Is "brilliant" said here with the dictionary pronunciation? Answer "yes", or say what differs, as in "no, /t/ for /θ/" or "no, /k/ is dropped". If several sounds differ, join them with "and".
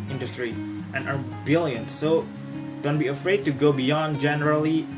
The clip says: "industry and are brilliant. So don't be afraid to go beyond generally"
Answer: no, /ɹ/ is dropped